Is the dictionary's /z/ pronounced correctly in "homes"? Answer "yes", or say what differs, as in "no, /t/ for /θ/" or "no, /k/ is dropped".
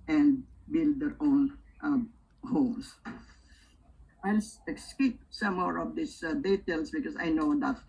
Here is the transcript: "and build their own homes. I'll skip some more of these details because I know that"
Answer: no, /s/ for /z/